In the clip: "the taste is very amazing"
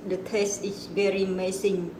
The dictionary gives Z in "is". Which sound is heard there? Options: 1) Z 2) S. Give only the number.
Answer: 2